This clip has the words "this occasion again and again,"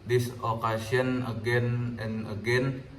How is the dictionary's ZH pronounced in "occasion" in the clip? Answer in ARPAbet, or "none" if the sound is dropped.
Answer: S